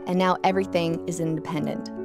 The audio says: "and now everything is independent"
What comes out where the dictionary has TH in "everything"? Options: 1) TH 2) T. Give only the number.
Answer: 1